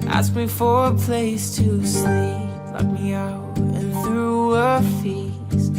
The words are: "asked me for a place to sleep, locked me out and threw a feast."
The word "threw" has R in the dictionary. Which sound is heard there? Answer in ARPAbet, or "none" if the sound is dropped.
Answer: R